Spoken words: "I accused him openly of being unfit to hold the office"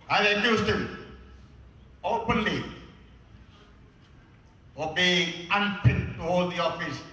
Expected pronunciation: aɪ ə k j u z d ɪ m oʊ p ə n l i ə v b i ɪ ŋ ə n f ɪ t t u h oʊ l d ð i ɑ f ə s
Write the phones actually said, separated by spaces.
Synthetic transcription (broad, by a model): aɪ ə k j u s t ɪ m oʊ p ə n l i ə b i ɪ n p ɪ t t u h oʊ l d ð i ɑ f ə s